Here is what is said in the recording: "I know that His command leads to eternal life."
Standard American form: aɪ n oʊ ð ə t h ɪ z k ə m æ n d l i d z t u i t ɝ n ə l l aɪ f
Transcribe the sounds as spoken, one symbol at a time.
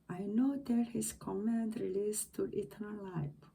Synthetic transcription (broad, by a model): aɪ n oʊ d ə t h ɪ s k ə m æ n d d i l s t u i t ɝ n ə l l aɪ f